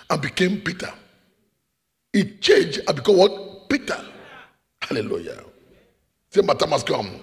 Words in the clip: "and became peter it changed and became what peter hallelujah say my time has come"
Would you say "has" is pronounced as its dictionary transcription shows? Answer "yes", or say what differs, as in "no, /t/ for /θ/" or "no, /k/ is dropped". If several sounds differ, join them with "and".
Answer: no, /s/ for /z/